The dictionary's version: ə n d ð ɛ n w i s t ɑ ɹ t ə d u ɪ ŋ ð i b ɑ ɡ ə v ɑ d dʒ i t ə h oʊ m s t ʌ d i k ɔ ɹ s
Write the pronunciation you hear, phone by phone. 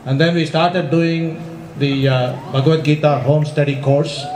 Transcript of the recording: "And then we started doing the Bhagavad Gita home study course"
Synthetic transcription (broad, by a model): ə n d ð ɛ n w i s t ɑ ɹ t ə d u ɪ ŋ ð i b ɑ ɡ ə ɛ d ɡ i t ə h oʊ m s t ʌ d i k ɔ ɹ s